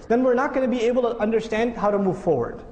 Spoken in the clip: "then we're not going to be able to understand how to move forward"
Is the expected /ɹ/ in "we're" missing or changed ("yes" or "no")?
no